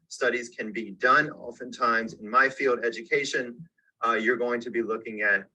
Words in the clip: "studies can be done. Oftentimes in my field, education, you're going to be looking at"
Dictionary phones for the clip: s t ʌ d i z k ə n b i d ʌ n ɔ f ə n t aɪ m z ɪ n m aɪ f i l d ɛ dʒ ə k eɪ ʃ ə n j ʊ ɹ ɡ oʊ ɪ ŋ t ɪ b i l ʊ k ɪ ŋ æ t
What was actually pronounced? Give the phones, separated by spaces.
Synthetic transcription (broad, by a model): s t ʌ d i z k ə n b i d ʌ n ɔ f ə n t aɪ m z ɪ n m aɪ f i l d ɛ dʒ ə k eɪ ʃ ə n j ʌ ɹ ɡ oʊ ɪ ŋ t ɪ b i l ʊ k ɪ ŋ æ t